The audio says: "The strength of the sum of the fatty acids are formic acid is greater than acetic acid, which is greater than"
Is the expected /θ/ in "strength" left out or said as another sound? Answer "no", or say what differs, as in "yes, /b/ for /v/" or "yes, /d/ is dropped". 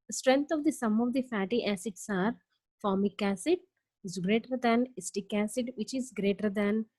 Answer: yes, /t/ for /θ/